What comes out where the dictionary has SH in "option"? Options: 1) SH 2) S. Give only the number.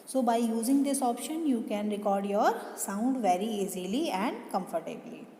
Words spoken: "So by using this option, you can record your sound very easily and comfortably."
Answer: 1